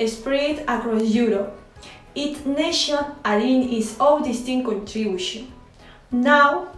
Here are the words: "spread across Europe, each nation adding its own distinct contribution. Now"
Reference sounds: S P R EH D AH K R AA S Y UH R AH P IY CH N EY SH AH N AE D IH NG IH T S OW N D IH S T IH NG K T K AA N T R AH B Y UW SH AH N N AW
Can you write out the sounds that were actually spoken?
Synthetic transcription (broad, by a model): S P R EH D AH K R AA S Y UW R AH P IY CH N EY SH AH N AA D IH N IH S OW L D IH S T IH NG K K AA N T R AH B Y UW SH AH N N AW